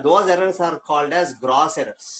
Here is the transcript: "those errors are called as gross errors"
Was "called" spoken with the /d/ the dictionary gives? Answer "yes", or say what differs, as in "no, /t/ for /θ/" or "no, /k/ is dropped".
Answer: yes